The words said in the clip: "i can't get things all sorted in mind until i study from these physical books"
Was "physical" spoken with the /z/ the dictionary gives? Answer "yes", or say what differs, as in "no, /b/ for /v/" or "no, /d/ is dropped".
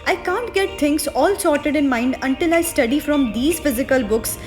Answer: yes